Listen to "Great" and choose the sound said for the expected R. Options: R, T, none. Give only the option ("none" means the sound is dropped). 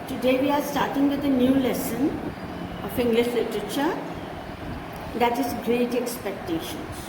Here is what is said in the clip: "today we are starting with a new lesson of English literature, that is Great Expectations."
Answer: R